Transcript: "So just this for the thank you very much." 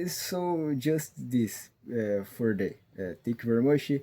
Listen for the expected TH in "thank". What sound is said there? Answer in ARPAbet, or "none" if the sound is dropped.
T